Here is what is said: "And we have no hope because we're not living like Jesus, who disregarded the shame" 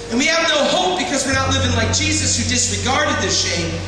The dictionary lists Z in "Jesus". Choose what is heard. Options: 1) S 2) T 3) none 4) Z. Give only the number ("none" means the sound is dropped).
4